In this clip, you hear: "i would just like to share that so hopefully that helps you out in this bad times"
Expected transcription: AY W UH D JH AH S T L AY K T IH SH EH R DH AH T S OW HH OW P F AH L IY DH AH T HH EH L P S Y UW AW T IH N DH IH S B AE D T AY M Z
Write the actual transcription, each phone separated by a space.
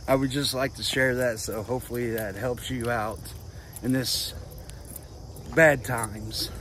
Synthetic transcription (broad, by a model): AY W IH D JH AH S T L AY K T IH SH EH R DH AH T S OW HH OW P F L IY DH AH T HH EH L P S Y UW AW T IH N DH IH S B AE D T AY M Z